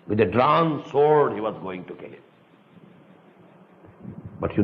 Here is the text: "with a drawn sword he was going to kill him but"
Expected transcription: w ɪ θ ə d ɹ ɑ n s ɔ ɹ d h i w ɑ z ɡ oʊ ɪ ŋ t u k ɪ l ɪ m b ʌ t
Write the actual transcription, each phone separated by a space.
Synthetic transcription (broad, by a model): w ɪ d ə d ɹ ɑ n s ɔ ɹ d h i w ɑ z ɡ oʊ ɪ ŋ t u k ɪ l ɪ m b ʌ t